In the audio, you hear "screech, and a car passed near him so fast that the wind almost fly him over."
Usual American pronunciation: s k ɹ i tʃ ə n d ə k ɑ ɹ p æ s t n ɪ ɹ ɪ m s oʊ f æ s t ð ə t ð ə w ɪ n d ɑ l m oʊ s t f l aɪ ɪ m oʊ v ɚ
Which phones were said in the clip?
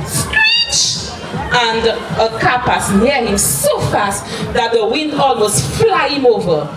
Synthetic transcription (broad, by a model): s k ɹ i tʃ ə n d ə k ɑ p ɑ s n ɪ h ɪ m s oʊ f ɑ s t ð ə t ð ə w ɪ n d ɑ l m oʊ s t f l aɪ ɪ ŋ oʊ v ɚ